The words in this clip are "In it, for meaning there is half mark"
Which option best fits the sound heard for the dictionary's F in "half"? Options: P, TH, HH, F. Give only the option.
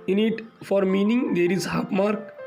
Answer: P